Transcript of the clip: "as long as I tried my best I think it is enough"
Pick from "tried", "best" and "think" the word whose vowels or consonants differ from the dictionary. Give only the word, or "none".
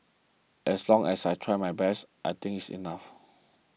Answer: think